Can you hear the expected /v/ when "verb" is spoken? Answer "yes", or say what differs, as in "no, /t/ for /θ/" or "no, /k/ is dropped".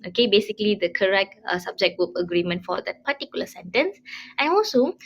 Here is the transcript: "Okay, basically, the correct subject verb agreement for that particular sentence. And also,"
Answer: no, /w/ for /v/